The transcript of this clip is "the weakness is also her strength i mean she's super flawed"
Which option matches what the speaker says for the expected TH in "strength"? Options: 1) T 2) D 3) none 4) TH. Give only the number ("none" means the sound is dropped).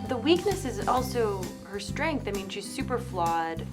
4